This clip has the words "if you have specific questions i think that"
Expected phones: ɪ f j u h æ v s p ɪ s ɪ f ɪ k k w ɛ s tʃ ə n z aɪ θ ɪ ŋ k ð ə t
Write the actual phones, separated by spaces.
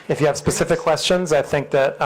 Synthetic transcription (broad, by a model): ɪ f j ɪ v s p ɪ s ɪ f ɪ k k w ɛ s tʃ ə n z aɪ θ ɪ ŋ k ð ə t